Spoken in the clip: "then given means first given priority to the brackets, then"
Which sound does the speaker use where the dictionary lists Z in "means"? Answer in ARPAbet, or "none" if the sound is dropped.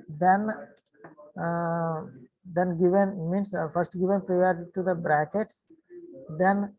S